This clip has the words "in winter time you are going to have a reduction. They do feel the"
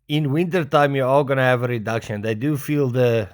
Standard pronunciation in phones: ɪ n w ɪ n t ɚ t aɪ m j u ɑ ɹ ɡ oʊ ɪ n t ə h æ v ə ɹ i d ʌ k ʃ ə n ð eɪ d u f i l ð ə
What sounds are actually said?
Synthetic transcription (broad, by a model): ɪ n w ɪ n t ɚ t aɪ m j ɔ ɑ l ɡ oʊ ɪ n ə h æ v ə ɹ i d ʌ k ʃ ə n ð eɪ d u f i l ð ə